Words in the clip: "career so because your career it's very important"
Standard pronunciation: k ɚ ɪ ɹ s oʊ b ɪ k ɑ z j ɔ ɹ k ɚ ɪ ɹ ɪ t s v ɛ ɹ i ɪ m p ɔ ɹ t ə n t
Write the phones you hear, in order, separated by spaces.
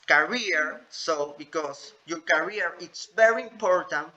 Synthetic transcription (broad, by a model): k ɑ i ɹ s oʊ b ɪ k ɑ s j ɔ ɹ k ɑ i ɹ ɪ t s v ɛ ɹ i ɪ m p ɔ ɹ t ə n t